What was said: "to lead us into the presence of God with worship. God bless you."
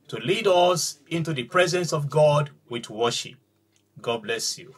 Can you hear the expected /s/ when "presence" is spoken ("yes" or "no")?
yes